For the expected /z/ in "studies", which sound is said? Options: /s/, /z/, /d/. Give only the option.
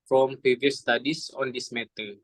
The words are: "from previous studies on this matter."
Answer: /s/